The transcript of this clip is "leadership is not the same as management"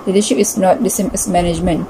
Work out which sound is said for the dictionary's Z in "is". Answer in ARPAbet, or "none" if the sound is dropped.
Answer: S